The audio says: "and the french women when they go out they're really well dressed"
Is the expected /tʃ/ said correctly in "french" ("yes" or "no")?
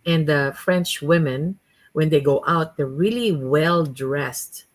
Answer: yes